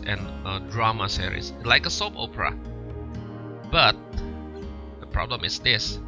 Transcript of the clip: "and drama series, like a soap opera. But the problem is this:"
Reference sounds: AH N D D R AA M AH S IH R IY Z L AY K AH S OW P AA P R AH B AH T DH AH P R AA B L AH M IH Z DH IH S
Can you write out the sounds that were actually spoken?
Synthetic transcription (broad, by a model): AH N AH D R AA M AH S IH R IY S L AY K AH S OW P AA P R AH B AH T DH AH P R AA B L AH M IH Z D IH S